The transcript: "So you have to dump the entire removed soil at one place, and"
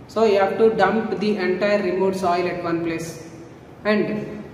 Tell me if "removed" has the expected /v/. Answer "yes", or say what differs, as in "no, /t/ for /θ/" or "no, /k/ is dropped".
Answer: no, /v/ is dropped